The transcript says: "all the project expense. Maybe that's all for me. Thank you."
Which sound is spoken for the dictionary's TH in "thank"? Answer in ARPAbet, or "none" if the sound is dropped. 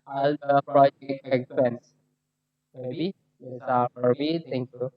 T